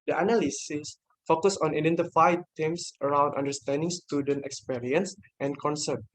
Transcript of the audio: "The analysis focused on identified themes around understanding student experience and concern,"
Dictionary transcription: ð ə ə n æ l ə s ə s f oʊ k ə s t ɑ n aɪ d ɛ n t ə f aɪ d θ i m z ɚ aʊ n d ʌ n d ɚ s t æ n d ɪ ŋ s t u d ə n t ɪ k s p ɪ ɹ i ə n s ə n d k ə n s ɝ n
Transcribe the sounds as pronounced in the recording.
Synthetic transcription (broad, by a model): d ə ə n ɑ l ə s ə s f oʊ k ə s ɑ n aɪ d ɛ n t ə f aɪ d t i m s ɚ aʊ n d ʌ n d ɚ s t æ n d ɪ ŋ s t u d ə n t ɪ k s p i ɹ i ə n s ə n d k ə n s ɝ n